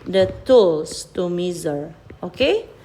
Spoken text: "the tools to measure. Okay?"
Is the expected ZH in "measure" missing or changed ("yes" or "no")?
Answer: yes